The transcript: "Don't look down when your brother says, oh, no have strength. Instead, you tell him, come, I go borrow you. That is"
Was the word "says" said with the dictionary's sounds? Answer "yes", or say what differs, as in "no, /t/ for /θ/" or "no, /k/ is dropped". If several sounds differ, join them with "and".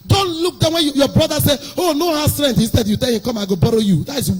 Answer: no, /z/ is dropped